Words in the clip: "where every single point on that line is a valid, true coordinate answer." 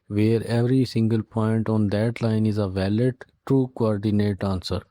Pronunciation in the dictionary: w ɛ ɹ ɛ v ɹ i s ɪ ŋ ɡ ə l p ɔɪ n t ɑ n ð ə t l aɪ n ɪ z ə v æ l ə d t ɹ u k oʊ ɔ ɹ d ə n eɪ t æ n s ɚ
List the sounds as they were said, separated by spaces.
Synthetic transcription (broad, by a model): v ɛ ɹ ɛ v ɹ i s ɪ ŋ ɡ ə l p ɔɪ n t ɑ n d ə t l aɪ n ɪ z ə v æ l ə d t u k oʊ ɔ ɹ d ə n eɪ t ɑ n s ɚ